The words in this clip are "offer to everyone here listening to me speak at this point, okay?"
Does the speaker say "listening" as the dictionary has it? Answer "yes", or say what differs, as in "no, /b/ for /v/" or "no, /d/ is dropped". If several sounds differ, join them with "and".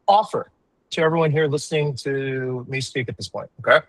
yes